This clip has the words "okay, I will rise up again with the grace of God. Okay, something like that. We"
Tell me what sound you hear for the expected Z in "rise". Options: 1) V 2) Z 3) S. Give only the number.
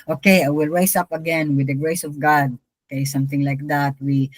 3